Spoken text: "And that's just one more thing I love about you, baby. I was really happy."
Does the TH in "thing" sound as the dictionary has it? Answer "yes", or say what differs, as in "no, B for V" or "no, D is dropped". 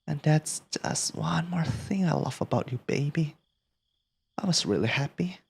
yes